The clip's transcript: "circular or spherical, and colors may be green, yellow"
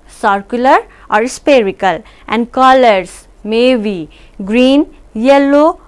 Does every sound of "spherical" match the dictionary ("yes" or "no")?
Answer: no